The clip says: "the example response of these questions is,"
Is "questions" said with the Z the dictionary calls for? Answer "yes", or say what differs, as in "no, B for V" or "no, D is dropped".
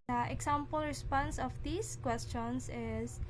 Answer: no, S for Z